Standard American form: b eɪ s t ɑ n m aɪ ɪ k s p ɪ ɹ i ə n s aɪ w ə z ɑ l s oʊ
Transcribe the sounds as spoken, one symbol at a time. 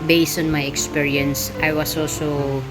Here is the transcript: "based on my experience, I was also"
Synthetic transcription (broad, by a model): b eɪ s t ɑ n m aɪ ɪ k s p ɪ ɹ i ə n s aɪ w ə s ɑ l s oʊ